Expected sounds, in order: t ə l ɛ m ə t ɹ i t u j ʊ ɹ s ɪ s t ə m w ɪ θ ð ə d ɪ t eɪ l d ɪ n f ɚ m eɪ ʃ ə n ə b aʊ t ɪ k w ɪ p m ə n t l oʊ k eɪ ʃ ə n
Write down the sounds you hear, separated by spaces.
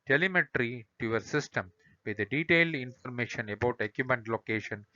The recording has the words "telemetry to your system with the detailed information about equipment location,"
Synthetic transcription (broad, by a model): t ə l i m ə t ɹ i t u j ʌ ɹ s ɪ s t ə m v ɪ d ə d ɪ t eɪ l d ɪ n f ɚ m eɪ ʃ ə n ə b aʊ t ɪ k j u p ə n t l oʊ k eɪ ʃ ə n